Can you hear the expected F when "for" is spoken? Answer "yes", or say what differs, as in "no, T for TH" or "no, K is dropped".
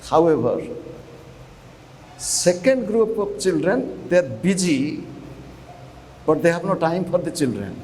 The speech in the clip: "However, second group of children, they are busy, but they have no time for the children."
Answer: no, P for F